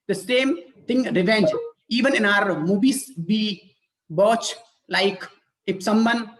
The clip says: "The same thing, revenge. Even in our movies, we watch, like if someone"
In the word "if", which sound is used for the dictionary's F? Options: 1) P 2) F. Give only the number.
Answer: 1